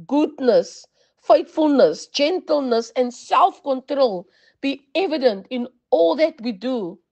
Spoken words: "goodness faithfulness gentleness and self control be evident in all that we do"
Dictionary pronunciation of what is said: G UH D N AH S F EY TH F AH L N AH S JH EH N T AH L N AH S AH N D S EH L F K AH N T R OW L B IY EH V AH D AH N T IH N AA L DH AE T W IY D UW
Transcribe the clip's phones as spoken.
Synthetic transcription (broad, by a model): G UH D N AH S F EY T F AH L N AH S JH EH N T AH L N AH S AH N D S EH L F K AH N T R OW L B IY EH V AH D AH N T IH N AA L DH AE T W IY D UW